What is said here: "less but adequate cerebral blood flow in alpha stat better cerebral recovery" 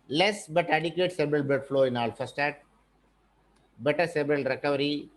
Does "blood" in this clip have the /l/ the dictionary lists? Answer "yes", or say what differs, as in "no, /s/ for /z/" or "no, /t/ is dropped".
no, /l/ is dropped